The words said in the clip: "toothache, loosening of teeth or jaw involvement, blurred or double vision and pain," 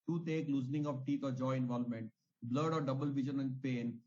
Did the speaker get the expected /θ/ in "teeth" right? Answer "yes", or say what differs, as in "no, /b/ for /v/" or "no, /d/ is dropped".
no, /t/ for /θ/